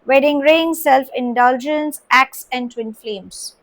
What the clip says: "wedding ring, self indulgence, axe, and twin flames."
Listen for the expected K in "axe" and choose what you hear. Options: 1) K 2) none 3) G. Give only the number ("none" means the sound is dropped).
1